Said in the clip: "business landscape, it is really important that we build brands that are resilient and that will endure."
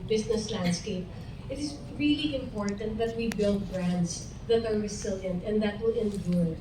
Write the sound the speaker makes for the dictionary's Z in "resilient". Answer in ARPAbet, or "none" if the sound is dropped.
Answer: S